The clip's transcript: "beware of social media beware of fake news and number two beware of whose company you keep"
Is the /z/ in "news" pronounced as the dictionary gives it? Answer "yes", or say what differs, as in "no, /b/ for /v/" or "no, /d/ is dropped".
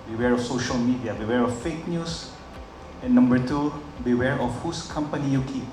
no, /s/ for /z/